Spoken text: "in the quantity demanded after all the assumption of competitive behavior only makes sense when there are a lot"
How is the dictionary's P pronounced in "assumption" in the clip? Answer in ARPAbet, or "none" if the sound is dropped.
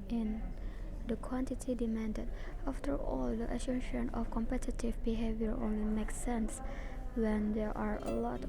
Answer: none